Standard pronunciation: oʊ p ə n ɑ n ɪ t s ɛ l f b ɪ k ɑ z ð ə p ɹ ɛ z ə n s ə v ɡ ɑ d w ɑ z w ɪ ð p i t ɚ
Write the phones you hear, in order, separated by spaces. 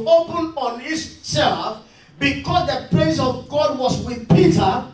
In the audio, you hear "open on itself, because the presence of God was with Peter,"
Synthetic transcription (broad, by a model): oʊ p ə n ɑ n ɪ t s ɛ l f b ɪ k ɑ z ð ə p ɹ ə s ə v ɡ ɑ d w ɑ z w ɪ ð p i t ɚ